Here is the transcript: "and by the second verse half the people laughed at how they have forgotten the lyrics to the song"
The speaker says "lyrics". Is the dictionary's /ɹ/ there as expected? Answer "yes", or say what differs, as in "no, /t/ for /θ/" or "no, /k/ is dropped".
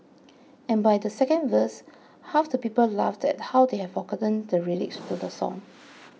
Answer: no, /l/ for /ɹ/